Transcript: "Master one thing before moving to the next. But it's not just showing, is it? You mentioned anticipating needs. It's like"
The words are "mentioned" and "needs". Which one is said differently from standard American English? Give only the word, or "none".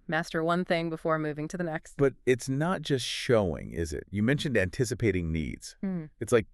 none